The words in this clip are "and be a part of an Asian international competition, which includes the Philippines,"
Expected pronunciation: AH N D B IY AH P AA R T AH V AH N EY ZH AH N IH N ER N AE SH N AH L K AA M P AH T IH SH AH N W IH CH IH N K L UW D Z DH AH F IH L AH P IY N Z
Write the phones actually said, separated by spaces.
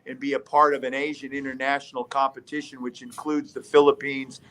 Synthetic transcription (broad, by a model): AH N B IY AH P AA R T AH V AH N EY ZH AH N IH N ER N AE SH N L K AA M P AH T IH SH AH N W IH CH IH N K L UW D Z DH AH F IH L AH P IY N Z